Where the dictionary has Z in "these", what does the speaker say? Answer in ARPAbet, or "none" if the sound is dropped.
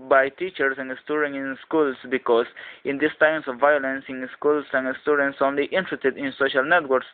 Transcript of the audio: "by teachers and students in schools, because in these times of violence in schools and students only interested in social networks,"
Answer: S